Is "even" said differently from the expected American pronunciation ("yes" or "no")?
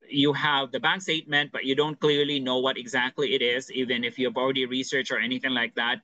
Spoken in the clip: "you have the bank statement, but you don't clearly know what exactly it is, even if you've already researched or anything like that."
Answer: no